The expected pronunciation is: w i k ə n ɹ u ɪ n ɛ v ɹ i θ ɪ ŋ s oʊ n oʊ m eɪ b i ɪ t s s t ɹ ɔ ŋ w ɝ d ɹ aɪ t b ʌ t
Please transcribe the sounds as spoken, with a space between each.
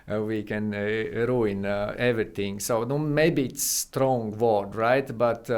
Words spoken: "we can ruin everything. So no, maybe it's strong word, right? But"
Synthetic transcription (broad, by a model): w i k ə n ɹ u ɪ n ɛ v ɹ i t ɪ ŋ s oʊ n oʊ m eɪ b i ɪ t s s t ɹ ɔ ŋ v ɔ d ɹ aɪ t b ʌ t